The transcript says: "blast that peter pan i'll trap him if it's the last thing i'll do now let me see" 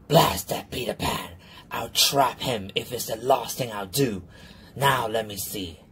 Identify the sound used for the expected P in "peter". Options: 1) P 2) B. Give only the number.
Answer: 2